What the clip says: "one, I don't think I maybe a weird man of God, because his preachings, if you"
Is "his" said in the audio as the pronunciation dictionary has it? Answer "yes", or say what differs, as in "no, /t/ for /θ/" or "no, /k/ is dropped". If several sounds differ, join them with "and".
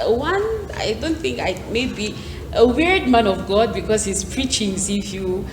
no, /s/ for /z/